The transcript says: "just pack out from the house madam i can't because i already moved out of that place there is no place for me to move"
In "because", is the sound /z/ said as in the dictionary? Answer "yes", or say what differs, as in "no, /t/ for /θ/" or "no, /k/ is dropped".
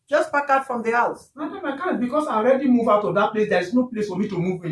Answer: no, /s/ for /z/